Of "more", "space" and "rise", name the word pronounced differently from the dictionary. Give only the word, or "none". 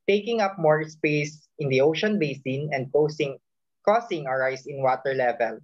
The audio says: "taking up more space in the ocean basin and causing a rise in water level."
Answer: rise